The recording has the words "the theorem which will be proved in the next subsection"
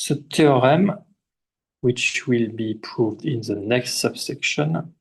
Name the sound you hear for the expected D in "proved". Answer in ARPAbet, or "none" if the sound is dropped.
D